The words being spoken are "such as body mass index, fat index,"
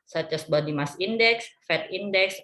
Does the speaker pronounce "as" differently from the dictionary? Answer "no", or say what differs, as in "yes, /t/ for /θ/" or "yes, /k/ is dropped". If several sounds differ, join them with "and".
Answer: yes, /s/ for /z/